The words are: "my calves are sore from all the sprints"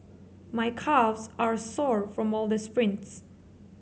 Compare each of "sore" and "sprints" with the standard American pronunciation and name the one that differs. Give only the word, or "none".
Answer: none